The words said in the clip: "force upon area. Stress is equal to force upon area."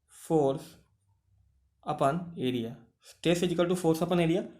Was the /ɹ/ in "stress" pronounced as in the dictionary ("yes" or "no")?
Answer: no